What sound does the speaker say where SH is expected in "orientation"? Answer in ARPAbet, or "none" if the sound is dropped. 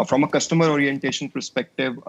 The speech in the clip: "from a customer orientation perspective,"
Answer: SH